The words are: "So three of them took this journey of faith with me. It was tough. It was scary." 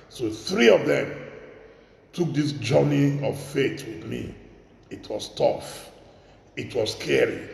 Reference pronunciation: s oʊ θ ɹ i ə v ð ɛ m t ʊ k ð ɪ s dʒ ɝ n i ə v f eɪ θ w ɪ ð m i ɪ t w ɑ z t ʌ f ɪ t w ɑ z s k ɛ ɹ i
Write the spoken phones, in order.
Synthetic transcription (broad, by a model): s oʊ θ ɹ i ə v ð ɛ m t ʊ k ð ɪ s dʒ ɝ n i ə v f eɪ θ w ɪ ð m i ɪ t w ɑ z t ʌ f ɪ t w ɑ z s k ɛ ɹ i